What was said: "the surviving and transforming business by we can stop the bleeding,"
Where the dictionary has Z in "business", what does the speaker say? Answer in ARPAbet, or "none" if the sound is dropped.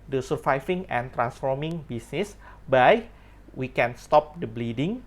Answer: S